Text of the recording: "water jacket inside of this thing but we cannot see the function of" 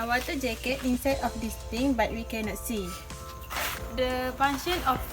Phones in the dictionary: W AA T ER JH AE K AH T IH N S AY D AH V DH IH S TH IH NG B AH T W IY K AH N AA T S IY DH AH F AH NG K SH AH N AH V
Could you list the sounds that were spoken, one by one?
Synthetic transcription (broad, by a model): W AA T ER JH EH K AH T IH N S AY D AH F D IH S T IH NG B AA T W IY K AH N AA T S IY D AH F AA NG SH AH N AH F